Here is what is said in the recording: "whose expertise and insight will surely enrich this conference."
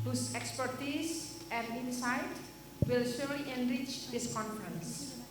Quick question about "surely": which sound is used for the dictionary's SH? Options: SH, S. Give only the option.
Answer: S